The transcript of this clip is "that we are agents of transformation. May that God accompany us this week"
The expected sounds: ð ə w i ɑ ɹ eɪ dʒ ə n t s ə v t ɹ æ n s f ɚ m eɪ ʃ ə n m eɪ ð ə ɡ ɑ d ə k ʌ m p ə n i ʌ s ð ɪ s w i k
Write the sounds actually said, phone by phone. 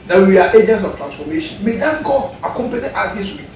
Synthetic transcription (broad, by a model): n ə w i ɑ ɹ eɪ dʒ ə n t s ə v t ɹ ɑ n s f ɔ m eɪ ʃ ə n m eɪ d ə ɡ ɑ ə k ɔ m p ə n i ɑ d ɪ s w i